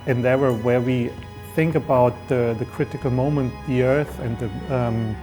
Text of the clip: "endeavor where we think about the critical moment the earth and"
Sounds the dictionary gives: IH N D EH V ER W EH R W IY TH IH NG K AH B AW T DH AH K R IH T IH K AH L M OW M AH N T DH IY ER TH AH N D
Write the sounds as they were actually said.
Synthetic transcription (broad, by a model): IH N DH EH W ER W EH R W IY TH IH NG K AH B AW T DH AH K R IH T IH K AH L M OW M AH N T DH IY ER TH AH N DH